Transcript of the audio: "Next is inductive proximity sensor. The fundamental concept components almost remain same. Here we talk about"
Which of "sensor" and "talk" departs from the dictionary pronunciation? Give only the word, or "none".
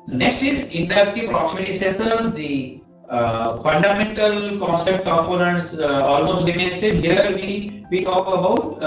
sensor